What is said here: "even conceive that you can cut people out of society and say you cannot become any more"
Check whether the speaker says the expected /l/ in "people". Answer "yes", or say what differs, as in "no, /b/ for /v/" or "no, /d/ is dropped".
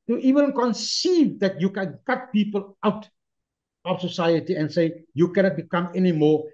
yes